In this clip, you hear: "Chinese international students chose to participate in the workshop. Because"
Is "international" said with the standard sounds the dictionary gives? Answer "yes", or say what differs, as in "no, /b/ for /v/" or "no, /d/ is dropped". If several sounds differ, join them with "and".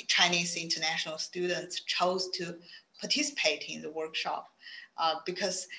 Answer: yes